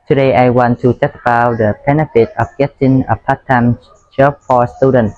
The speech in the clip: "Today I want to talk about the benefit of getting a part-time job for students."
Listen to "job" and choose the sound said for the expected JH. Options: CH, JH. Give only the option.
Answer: CH